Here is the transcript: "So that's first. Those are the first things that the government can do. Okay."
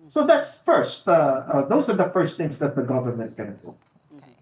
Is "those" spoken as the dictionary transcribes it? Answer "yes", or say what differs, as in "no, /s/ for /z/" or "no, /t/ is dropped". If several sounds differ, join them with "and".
yes